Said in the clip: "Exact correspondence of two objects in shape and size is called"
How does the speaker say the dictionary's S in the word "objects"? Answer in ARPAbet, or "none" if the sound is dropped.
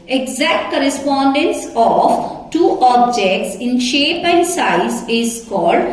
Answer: S